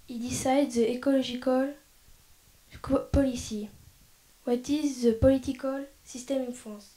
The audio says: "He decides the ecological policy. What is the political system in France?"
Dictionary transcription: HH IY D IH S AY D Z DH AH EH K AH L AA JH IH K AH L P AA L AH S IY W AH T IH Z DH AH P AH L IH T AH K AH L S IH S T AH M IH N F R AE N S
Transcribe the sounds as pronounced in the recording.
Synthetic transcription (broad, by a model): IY D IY S AY D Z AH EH K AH L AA ZH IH K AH L P AA L AH S IY W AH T IH Z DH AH P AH L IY T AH K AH L S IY S T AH M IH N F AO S